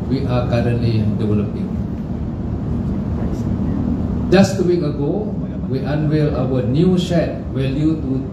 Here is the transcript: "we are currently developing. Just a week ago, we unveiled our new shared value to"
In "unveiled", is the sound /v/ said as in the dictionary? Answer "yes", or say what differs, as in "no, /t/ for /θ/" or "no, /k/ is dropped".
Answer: no, /w/ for /v/